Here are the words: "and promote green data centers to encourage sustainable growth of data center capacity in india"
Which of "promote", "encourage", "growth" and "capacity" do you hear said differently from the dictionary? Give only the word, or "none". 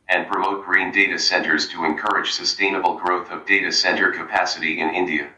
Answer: none